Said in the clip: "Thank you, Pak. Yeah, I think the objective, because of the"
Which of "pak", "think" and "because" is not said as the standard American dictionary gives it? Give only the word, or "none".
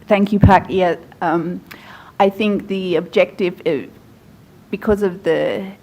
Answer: none